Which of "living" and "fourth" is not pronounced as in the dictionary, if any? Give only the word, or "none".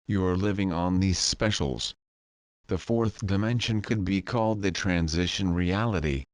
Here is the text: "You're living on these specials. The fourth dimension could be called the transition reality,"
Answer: none